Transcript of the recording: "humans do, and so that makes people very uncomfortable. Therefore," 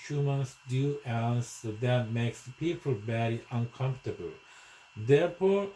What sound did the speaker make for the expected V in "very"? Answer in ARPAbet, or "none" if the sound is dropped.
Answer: B